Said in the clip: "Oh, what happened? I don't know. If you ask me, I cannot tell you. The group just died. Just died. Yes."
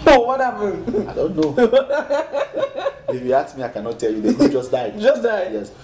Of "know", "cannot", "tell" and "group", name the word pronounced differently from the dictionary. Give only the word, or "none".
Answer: group